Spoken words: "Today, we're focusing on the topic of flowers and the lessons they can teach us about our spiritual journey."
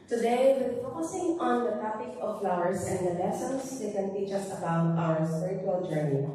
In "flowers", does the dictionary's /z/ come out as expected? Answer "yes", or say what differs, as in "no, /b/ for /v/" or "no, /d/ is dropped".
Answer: no, /s/ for /z/